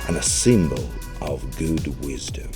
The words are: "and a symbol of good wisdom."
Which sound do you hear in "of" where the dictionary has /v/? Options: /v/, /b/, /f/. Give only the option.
/v/